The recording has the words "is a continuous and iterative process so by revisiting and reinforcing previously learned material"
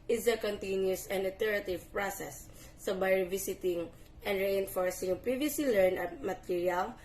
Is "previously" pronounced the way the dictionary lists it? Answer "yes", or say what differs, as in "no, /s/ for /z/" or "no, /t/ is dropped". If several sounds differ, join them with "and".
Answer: no, /l/ is dropped